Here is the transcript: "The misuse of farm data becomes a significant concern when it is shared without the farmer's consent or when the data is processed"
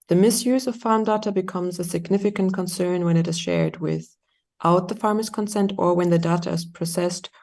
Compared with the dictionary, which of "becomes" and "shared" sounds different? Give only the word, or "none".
none